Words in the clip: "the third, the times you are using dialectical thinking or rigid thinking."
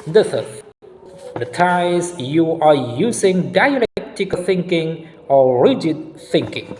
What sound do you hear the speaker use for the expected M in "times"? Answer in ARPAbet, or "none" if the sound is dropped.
none